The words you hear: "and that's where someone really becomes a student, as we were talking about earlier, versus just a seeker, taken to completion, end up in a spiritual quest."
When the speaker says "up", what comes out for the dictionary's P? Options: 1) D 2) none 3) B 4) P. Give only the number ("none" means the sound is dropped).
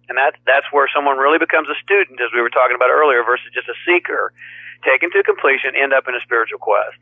4